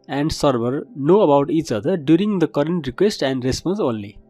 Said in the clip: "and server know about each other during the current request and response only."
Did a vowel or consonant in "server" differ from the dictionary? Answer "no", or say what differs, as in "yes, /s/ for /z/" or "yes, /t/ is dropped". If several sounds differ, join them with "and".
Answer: yes, /b/ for /v/